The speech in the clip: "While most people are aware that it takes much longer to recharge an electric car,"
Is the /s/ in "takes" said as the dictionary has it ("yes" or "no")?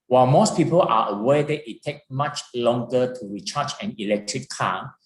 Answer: no